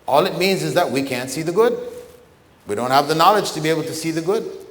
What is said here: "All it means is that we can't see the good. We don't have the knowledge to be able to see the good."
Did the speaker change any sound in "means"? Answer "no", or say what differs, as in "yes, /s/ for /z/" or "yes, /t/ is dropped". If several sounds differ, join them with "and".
no